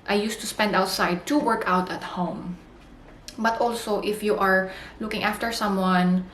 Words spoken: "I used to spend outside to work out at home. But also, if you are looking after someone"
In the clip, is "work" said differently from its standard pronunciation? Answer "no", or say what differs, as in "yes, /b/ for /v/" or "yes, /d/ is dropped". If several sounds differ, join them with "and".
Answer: no